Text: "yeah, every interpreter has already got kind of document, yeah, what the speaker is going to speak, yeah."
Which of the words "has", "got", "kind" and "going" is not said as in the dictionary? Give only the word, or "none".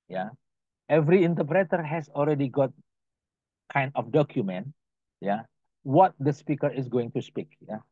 has